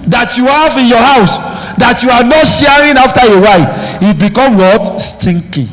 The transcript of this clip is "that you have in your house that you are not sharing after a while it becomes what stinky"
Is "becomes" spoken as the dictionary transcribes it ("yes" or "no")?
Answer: no